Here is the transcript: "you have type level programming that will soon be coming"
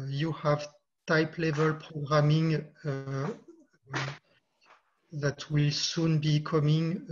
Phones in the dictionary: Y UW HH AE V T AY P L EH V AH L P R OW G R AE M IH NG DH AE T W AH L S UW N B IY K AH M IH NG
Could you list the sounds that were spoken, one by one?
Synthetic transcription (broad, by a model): Y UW HH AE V T AY P L EH V AH L P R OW G R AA M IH NG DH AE T W AH L S UW N B IY K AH M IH NG